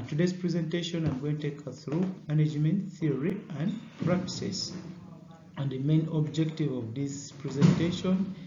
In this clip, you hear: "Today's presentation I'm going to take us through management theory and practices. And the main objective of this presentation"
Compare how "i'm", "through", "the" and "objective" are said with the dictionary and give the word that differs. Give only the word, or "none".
none